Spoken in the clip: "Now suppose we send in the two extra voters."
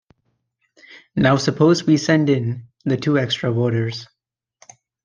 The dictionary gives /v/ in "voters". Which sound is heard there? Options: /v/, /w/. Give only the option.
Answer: /w/